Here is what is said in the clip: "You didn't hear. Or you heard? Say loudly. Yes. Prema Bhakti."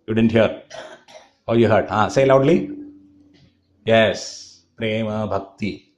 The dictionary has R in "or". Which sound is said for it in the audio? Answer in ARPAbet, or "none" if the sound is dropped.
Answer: L